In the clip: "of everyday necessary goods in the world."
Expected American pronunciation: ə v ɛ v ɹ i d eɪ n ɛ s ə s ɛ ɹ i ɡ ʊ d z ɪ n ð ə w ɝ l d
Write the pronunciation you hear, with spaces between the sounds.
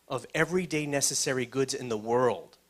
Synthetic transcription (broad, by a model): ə v ɛ v ɹ i d eɪ n ɛ s ə s ɛ ɹ i ɡ ʊ d z ɪ n ð ə w ɝ l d